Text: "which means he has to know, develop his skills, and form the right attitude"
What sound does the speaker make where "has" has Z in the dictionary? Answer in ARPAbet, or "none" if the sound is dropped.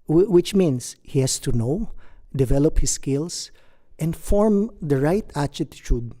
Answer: S